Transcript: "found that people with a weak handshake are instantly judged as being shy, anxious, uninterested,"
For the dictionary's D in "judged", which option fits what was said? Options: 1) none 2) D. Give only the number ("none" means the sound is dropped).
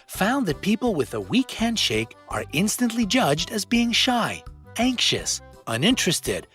2